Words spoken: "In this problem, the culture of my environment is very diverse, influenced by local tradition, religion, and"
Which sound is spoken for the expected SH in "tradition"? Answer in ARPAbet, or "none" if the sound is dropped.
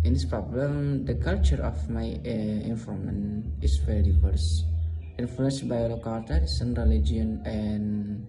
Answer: S